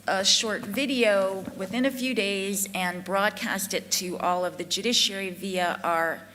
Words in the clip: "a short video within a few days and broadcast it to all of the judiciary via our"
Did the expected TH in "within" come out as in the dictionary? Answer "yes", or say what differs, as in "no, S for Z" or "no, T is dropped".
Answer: yes